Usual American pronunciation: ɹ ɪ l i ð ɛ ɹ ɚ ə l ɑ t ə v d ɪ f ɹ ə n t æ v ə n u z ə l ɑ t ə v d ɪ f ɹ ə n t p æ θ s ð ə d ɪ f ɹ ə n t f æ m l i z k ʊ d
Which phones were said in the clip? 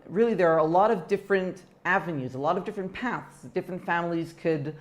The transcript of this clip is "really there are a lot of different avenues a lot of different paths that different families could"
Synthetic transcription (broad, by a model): ɹ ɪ l i ð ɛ ɹ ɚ ə l ɑ t ə v d ɪ f ɹ ə n t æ v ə n u z ə l ɑ t ə v d ɪ f ɹ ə n p æ θ s d ɪ f ɹ ə n t f æ m l i z k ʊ d